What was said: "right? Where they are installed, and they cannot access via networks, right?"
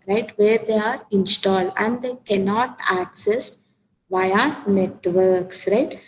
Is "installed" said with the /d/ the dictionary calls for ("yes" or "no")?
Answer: yes